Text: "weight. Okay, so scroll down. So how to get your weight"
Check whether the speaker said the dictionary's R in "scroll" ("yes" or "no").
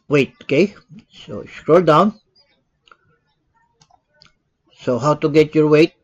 yes